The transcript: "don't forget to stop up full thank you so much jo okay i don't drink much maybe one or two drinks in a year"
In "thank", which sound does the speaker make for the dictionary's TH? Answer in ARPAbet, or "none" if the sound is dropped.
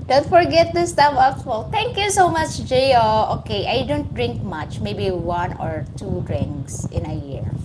T